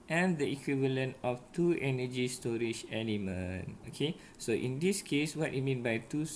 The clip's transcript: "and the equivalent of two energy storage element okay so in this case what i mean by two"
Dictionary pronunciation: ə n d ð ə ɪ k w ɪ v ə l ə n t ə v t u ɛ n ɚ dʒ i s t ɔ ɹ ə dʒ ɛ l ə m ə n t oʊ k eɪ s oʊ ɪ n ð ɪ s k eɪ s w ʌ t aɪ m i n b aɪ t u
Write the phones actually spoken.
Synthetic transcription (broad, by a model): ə n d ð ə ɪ k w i v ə l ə n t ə f t u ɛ n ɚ dʒ i s t ɔ ɹ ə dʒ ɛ n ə m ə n oʊ k eɪ s oʊ ɪ n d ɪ s k eɪ s w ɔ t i m i n b aɪ t u